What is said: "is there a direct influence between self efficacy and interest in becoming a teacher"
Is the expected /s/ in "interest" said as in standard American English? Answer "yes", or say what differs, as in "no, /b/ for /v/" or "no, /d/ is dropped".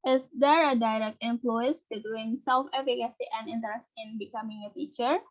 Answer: yes